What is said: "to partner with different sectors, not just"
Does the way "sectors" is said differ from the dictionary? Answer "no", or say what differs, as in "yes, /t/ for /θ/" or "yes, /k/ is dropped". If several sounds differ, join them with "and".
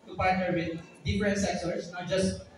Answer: yes, /s/ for /z/